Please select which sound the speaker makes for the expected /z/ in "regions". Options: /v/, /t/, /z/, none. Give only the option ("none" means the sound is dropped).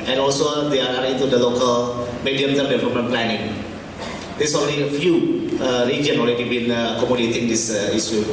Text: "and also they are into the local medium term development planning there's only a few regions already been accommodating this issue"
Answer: none